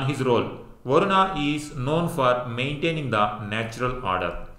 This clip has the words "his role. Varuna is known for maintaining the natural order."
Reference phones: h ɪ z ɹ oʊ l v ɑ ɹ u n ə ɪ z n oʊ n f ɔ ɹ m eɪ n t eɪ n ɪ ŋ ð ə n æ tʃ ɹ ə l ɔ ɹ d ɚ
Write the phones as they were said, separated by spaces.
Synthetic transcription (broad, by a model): h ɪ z ɹ oʊ l v ɑ ɹ u n ə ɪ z n oʊ n f ɔ ɹ m eɪ n t eɪ n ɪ ŋ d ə n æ tʃ ɹ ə l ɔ ɹ d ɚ